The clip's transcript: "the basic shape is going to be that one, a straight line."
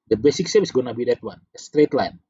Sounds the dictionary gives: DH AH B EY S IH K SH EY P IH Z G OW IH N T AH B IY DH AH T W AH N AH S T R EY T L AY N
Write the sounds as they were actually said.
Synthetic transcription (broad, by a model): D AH B EY S IH K S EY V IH S G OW N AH B IY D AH T W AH N AH S T R EY T L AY N